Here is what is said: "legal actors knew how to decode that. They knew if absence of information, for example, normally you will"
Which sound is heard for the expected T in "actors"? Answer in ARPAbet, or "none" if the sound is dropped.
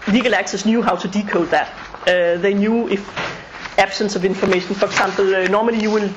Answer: S